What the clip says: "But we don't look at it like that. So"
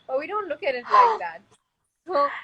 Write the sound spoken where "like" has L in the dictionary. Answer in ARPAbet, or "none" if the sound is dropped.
N